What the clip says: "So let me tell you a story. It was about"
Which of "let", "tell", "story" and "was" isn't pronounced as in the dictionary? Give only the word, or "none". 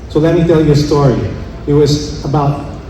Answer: none